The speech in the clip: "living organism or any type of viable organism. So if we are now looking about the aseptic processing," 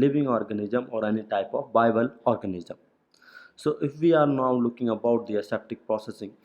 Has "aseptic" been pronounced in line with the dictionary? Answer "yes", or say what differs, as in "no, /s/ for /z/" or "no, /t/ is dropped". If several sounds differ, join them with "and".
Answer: yes